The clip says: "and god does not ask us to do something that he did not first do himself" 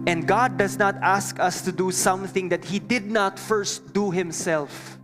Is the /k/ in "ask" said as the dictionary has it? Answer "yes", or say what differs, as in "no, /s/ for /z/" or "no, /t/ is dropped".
yes